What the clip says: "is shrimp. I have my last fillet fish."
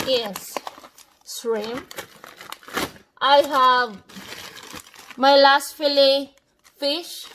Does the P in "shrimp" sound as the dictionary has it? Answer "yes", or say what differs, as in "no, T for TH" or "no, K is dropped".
no, P is dropped